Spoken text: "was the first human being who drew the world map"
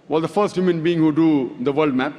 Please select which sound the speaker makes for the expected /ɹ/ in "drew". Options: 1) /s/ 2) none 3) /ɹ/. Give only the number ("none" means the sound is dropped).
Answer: 2